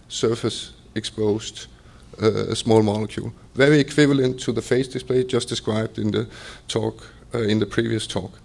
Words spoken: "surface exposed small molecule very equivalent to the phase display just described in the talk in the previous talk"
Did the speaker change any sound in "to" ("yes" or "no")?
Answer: no